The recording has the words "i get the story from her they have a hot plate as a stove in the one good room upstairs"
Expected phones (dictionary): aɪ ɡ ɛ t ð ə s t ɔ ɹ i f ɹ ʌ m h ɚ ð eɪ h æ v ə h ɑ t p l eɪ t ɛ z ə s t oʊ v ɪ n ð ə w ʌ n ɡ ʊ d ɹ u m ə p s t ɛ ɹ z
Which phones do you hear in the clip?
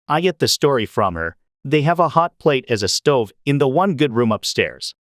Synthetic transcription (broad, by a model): aɪ ɡ ɛ t ð ə s t ɔ ɹ i f ɹ ʌ m h ɚ ð eɪ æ v ə h ɑ t p l eɪ t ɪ z ə s t oʊ v ɪ n ð ə w ʌ n ɡ ʊ d ɹ u m ə p s t ɛ ɹ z